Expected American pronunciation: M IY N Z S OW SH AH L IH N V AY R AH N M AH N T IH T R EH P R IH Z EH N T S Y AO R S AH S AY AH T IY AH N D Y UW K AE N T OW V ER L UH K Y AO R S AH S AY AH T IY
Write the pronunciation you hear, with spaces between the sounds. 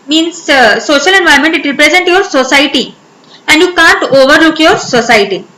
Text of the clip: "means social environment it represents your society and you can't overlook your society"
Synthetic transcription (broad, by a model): M IY N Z S OW SH AH L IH N V AY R M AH N T IH T R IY P R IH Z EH N T Y AO R S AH S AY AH T IY AH N D Y UW K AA N T OW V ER L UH K Y AO R S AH S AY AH T IY